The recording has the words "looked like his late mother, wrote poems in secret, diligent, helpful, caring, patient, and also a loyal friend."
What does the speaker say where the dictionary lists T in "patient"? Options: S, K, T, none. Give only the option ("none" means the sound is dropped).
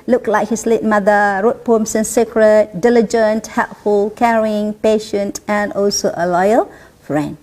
T